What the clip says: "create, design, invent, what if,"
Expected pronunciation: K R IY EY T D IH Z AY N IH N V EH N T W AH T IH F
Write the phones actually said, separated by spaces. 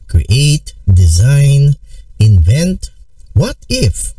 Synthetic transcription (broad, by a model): K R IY EY T D IH Z AY N IH N V EH N T W AH T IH F